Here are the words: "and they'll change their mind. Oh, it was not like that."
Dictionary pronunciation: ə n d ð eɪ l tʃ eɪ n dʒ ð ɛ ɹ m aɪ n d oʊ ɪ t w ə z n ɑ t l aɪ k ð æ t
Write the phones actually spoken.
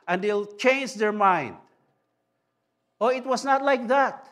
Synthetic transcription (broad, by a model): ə n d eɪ l tʃ eɪ n dʒ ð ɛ ɹ m aɪ n d oʊ ɪ t w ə s n ɑ t l aɪ k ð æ t